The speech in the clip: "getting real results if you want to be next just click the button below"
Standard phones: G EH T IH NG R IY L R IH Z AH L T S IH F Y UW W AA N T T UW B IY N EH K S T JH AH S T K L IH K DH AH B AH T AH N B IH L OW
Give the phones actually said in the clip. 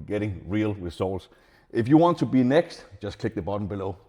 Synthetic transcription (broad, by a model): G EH T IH NG R IY L W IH S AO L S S IH F Y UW W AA N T T UW B IY N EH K S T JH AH S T K L IH K DH AH B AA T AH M B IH L OW